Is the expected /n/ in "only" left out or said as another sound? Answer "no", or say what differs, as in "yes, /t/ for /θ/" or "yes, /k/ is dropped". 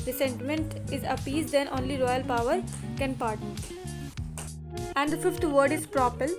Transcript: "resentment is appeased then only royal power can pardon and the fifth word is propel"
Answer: no